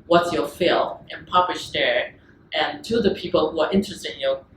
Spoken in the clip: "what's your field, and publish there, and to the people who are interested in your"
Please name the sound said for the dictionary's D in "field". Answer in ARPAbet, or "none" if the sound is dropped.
none